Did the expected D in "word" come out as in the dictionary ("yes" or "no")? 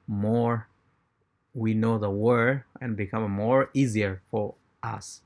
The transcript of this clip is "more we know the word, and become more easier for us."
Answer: no